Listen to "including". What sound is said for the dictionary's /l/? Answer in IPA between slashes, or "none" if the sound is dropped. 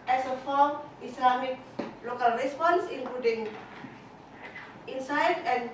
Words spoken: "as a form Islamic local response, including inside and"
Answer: none